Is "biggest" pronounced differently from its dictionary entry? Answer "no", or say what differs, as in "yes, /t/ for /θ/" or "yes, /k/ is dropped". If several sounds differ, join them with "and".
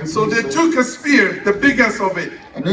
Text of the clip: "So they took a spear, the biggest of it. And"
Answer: yes, /t/ is dropped